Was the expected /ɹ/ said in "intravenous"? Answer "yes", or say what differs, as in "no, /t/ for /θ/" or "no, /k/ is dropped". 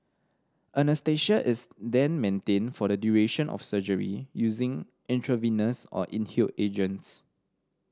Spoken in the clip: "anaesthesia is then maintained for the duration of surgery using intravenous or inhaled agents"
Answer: yes